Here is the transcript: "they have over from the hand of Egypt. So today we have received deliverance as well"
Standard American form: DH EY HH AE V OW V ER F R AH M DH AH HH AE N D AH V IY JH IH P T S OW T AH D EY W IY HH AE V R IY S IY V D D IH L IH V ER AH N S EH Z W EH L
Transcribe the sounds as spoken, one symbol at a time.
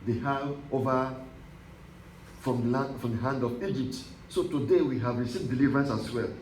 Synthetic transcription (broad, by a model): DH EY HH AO V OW F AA F R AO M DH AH HH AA N D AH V IY JH IH P T S OW T AH D EY W IY HH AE V R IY S IY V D D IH L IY V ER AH N S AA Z W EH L